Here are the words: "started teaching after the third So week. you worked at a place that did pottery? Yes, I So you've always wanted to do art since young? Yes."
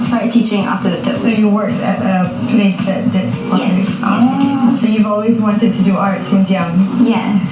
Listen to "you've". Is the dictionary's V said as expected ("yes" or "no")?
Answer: yes